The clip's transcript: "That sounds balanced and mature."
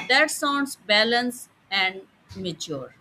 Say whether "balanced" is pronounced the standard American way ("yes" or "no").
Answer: no